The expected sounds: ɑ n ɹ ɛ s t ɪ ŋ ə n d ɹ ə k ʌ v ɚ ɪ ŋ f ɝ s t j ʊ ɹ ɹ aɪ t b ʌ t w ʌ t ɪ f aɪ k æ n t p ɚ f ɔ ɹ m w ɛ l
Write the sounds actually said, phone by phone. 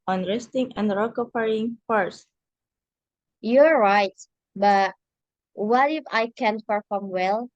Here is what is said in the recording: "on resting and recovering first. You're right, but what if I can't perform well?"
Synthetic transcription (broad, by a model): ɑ n ɹ ɛ s t ɪ ŋ ə n d ɹ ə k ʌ f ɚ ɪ ŋ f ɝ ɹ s j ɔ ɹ ɹ aɪ t b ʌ t w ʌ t ɪ f aɪ k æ n p ɚ f ɔ ɹ m w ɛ l